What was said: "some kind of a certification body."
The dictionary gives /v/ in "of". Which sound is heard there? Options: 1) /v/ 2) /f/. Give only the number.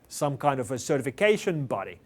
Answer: 1